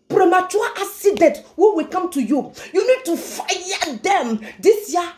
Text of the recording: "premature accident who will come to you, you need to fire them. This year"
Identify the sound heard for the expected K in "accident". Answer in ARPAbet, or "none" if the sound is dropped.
none